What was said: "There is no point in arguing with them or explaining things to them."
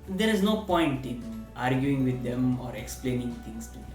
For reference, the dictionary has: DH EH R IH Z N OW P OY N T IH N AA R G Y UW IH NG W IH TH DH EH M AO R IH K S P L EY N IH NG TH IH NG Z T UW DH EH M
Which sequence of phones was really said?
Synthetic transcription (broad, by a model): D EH R IH Z N OW P OY N T IH N AA R G Y UW IH NG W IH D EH M AO R IH K S P L EY N IH NG T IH NG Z T UW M